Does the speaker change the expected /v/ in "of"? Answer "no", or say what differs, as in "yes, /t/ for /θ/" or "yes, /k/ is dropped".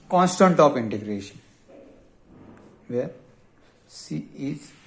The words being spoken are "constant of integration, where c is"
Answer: yes, /p/ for /v/